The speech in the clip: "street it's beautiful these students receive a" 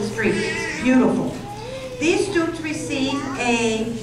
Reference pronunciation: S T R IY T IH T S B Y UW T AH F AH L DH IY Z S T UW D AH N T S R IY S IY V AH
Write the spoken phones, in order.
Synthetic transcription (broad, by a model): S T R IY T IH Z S B Y UW T AH F AH L DH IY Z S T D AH T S R IY S IY V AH